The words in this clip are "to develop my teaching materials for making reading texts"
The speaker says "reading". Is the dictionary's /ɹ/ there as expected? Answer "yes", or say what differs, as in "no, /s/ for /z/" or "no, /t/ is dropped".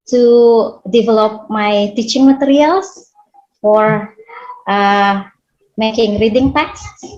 yes